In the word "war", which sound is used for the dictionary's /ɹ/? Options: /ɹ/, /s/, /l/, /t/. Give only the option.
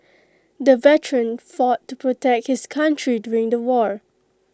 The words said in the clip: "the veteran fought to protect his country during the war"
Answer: /ɹ/